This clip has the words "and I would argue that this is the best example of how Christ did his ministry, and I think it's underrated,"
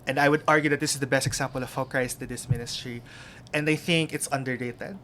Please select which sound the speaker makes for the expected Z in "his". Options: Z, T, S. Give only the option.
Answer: S